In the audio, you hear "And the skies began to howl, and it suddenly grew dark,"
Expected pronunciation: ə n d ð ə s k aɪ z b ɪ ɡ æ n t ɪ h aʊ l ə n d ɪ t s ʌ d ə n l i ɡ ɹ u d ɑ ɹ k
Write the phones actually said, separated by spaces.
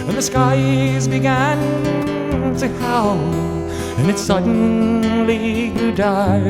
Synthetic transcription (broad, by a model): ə n ð ə s k aɪ z b ɪ ɡ æ n t ɪ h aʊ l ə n ɪ t s ʌ d n l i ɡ u d ɑ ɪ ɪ